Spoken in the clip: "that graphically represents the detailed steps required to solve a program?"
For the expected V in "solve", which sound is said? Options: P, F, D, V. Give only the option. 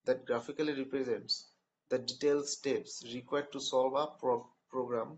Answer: P